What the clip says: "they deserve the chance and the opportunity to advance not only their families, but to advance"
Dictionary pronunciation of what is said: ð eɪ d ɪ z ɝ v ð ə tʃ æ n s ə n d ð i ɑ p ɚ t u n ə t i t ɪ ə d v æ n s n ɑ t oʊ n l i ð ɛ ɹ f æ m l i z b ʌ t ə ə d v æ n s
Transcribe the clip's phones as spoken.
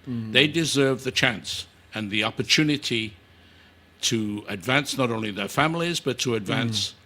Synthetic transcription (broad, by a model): ð eɪ d ɪ z ɝ v ð ə tʃ æ n s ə n ð i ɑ p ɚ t u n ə t i t ɪ ə d v æ n s n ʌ t oʊ n l i ð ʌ ɹ f æ m l i z b ʌ t ə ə d v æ n s